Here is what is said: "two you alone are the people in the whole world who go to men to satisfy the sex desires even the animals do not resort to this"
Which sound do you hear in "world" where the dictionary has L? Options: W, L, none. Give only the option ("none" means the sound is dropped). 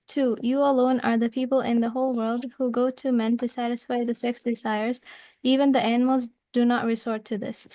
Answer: L